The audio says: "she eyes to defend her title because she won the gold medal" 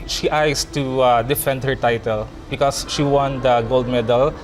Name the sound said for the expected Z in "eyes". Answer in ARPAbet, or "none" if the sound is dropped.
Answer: S